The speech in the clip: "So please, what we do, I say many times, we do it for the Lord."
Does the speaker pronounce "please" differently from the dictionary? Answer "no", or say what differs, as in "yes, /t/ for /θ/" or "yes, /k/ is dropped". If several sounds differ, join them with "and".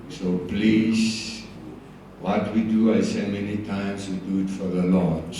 yes, /s/ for /z/